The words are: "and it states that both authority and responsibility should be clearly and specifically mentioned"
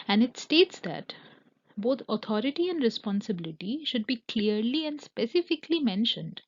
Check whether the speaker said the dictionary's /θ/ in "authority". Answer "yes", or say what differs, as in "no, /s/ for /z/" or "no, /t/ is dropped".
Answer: no, /t/ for /θ/